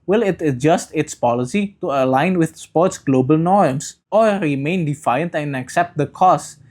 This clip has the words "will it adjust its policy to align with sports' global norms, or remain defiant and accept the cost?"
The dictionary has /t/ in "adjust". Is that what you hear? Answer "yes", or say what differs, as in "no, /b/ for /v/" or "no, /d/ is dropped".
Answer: yes